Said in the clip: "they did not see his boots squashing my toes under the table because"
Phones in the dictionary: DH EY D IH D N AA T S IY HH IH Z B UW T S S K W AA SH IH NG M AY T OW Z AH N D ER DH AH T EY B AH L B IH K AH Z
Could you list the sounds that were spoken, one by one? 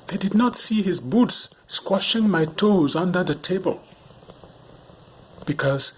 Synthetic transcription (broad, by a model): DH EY D IH D N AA T S IY HH IH Z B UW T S S K W AA SH IH NG M AY T OW Z AH N D ER DH AH T EY B AH L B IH K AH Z